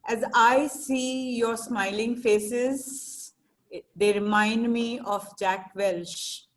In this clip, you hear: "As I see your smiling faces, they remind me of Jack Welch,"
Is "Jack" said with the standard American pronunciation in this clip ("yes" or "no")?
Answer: yes